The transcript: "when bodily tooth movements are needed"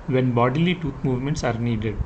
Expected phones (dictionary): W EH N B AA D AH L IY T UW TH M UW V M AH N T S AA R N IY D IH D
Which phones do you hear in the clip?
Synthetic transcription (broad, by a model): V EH N B AA D AH L IY T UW T M UW V M AH N T S AA R N IY D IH D